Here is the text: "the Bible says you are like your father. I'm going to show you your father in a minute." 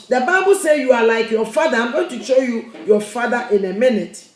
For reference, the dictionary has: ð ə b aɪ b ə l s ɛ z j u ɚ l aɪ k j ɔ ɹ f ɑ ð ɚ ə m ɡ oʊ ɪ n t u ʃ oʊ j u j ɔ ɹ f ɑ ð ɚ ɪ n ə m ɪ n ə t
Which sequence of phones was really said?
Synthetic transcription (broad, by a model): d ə b aɪ b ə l s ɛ j u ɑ l aɪ k j ɔ f ɑ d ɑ ə m ɡ oʊ ɪ n t u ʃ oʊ j u j ɔ f ɑ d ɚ ɪ n ə m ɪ n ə t